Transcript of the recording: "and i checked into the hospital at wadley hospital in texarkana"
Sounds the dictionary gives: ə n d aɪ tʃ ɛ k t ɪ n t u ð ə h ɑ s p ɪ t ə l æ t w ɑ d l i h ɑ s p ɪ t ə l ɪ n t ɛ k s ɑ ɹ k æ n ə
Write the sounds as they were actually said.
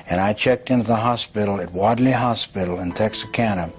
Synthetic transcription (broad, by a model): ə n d aɪ tʃ ɛ k t ɪ n t u ð ə h ɑ s p ɪ t l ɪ t w ɑ d l i h ɑ s p ɪ t l ɪ n t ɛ k s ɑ k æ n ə